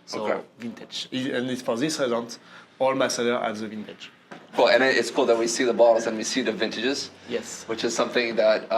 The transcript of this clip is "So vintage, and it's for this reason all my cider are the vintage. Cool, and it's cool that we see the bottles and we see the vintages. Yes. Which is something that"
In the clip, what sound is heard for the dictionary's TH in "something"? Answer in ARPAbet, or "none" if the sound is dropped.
TH